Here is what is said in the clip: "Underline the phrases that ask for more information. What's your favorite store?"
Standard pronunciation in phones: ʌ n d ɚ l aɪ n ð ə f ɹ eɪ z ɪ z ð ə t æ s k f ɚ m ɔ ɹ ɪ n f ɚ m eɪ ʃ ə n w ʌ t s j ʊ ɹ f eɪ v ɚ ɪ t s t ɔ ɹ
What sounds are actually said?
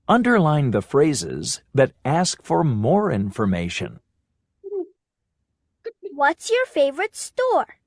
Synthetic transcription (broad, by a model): ʌ n d ɚ l aɪ n ð ə f ɹ eɪ z ɪ z ð ə t æ s k f ɚ m ɔ ɹ ɪ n f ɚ m eɪ ʃ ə n w ʌ t s j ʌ ɹ f eɪ v ɚ ɪ t s t ɔ ɹ